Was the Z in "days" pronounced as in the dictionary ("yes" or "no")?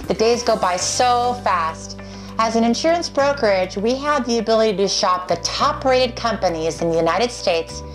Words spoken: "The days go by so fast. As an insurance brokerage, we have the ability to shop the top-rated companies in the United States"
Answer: yes